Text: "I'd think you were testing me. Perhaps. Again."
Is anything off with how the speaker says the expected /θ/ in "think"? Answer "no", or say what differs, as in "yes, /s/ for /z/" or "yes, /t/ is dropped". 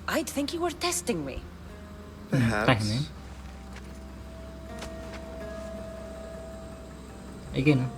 no